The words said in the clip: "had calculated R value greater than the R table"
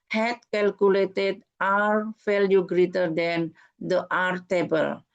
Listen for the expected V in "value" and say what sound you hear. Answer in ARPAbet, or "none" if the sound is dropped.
F